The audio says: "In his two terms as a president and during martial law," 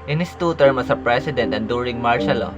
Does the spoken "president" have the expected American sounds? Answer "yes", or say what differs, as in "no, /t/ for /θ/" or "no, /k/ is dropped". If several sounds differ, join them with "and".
no, /s/ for /z/